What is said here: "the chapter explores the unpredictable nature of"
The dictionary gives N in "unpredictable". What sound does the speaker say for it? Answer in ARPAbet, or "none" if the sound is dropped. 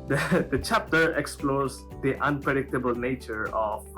N